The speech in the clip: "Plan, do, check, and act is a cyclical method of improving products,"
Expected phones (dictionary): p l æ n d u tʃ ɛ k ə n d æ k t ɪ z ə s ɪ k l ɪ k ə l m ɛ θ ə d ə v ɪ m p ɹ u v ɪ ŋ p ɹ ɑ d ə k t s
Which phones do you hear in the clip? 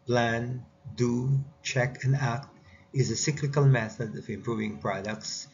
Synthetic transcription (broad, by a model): p l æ n d u tʃ ɛ k ə n d æ k t ɪ z ə s ɪ k l ɪ k ə l m ɛ θ ə d ə v ɪ m p ɹ u v ɪ ŋ p ɹ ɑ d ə k t s